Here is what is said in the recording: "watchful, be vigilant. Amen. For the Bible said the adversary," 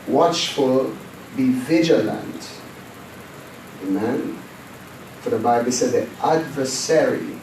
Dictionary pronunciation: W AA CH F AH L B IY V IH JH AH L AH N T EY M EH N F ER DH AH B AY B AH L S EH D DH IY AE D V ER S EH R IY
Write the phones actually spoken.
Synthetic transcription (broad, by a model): W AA CH F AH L B IY V IH JH AH L AH N T EY M EH N F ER DH AH B AY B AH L S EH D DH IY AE D V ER S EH R IY